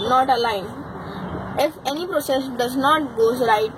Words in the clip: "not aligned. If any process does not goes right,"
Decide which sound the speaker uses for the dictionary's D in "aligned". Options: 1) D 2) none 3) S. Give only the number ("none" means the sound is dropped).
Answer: 2